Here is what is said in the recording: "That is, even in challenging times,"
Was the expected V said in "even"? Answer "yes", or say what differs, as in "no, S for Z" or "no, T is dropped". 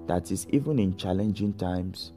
yes